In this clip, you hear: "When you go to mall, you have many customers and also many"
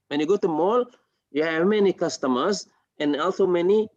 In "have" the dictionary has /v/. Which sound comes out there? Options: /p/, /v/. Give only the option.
/v/